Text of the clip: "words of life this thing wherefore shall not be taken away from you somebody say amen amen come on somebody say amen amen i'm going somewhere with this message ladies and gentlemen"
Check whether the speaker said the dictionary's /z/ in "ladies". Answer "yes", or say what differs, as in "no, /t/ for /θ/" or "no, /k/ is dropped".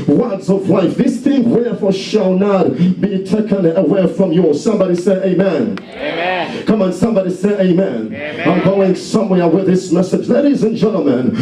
yes